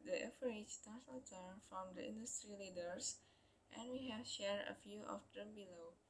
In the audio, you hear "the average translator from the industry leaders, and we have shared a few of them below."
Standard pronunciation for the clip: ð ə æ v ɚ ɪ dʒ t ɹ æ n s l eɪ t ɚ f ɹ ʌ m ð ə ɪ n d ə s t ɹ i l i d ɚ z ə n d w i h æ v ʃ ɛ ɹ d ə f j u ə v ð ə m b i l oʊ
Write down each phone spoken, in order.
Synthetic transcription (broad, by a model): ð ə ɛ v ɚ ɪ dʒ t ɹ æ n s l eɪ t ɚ f ɹ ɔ m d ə ɪ n d ə s t ɹ i l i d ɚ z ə n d w i h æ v ʃ ɛ ɹ d ə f j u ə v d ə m b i l oʊ